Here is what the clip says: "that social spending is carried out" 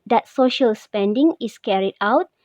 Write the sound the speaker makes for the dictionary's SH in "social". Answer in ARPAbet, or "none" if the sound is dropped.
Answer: SH